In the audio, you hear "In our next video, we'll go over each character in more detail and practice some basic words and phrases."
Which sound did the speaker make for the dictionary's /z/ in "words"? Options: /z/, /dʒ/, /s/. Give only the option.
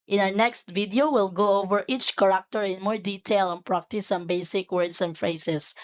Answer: /s/